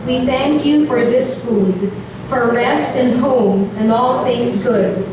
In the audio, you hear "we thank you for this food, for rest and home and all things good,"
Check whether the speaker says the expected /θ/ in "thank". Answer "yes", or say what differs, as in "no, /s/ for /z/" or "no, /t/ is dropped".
yes